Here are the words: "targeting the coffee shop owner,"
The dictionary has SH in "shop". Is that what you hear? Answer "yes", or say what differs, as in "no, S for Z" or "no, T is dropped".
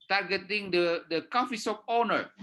no, S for SH